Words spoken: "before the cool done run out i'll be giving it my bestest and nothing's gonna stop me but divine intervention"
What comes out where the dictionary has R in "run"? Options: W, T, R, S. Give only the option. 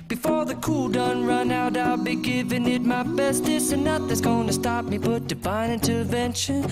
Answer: R